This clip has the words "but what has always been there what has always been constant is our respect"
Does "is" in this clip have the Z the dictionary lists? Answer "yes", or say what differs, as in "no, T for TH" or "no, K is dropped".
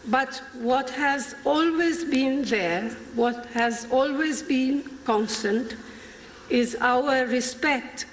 yes